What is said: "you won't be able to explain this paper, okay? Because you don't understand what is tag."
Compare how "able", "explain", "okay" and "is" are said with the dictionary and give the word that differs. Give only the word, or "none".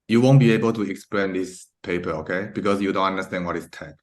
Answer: is